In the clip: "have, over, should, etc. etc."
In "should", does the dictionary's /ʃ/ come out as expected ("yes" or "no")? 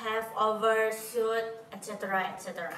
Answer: no